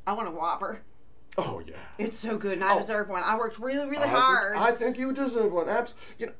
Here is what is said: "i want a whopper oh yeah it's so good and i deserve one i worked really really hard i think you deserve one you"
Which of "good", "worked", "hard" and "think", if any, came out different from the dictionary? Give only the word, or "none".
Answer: none